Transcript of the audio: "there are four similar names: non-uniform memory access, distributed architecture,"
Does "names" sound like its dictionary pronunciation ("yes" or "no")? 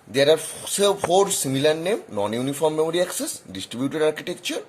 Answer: no